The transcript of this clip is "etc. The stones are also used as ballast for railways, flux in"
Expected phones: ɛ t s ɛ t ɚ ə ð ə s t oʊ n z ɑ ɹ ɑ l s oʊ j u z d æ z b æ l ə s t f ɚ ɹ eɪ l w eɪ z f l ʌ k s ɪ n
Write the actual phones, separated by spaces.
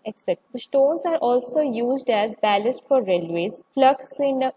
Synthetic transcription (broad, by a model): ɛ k s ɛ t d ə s t oʊ n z ɑ ɹ ɑ l s oʊ j u z d æ z b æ l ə s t f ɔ ɹ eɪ l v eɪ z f l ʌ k s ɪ n